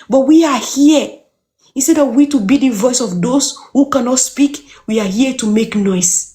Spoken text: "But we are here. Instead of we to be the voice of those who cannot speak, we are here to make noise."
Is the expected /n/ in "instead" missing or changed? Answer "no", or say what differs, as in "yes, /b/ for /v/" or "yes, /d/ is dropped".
yes, /n/ is dropped